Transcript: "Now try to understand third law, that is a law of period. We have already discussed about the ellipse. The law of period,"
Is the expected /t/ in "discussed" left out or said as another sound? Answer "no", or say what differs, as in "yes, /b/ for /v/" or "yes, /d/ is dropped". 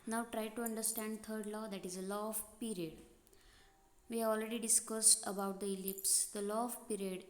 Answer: no